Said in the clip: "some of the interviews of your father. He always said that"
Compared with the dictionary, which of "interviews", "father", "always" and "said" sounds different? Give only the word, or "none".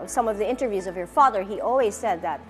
none